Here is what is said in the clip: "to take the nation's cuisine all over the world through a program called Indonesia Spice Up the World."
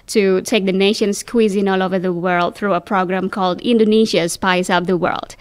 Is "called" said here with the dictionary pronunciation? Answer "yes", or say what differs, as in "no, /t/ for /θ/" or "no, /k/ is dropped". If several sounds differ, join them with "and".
yes